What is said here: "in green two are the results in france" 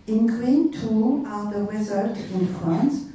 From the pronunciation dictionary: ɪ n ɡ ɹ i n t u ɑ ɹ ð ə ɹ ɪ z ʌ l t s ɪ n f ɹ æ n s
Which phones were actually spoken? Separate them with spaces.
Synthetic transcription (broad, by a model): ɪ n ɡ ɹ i n t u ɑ l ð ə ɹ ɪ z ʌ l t ɪ n f ɹ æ n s